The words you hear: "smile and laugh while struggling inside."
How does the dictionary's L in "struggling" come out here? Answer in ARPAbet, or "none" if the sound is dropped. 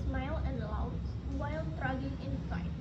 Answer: none